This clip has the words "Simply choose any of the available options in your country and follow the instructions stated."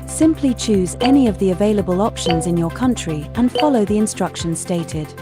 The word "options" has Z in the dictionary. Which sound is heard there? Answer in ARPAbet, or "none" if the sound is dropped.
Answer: Z